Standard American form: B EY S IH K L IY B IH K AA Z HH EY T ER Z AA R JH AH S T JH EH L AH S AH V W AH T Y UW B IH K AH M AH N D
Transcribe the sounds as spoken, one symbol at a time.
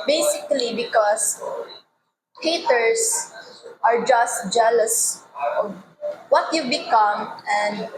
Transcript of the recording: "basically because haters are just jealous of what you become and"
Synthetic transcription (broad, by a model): B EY S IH K L IY B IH K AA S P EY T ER S AA R JH AH S T JH EH L AH S AH V W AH T Y UW B IH K AH M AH N D